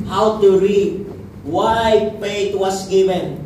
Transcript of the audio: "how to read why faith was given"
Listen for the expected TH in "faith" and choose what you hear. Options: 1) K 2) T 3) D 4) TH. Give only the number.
2